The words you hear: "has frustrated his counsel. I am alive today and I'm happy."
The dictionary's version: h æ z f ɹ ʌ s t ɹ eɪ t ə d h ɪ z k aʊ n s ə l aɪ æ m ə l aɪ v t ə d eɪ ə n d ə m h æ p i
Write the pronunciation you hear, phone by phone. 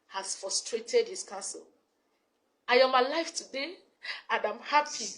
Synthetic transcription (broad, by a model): h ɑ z f ɹ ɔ s t ɹ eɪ t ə d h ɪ s k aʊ n s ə l aɪ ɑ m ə l aɪ f t ə d eɪ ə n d ə m h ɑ p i